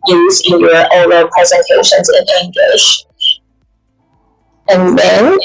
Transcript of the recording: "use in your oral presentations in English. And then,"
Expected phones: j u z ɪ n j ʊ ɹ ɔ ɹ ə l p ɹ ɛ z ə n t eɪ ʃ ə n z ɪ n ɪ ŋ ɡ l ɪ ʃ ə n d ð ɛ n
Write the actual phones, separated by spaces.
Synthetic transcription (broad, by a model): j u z ɪ n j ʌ ɹ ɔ ə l p ɹ ɛ z ə n t eɪ ʃ ə n z ɪ n ɪ ŋ ɡ l ɪ ʃ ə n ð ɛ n